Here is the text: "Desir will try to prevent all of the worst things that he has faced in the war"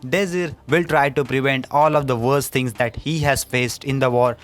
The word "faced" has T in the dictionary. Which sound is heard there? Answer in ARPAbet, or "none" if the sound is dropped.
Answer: T